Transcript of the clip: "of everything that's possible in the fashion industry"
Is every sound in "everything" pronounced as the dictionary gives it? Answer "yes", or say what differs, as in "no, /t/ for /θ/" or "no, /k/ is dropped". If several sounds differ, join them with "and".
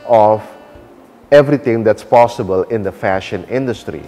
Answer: no, /t/ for /θ/